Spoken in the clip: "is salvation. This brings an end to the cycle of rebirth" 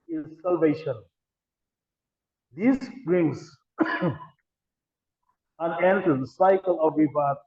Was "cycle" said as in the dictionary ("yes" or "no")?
yes